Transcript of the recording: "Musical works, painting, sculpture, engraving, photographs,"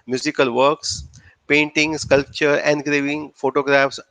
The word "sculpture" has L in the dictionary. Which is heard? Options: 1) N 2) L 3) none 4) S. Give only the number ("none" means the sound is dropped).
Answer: 2